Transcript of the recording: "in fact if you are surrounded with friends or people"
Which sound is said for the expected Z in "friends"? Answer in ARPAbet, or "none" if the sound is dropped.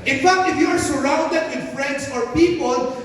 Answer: S